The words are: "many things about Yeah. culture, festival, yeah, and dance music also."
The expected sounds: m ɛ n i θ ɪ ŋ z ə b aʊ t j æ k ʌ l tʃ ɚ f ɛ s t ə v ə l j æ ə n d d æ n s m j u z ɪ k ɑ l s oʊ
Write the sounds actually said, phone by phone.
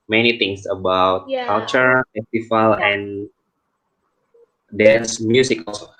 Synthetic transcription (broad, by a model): m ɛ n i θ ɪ ŋ s ə b aʊ t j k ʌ l tʃ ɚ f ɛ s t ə f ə l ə n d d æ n s m j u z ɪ k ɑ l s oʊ